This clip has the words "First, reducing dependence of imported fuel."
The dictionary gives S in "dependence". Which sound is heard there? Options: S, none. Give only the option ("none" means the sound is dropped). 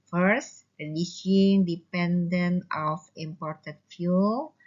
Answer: none